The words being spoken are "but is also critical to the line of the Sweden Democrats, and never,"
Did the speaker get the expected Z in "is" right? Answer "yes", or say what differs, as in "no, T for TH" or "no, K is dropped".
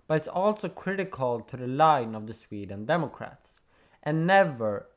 no, S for Z